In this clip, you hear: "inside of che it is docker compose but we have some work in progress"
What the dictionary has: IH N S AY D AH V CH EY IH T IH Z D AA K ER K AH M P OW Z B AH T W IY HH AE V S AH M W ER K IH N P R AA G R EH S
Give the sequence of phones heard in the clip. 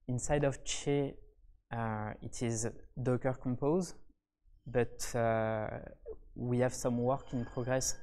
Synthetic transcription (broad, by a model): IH N S AY D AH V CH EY IH T IH Z D AA K ER K AH M P OW Z B AH T W IY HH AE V S AH M W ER K IH N P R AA G R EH S